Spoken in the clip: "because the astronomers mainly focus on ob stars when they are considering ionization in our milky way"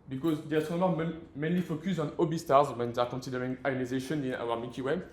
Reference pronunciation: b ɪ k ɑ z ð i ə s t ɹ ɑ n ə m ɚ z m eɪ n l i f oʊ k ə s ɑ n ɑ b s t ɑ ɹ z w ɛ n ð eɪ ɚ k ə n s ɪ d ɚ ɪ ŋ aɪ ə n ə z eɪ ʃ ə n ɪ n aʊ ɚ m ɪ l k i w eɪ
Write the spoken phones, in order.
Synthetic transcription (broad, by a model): b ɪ k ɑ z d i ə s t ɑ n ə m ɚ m m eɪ n l i f oʊ k ə s ɑ n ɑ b s t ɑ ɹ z w ɛ n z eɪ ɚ k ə n s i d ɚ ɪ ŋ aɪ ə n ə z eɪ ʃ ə n ɪ n aʊ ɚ m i k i w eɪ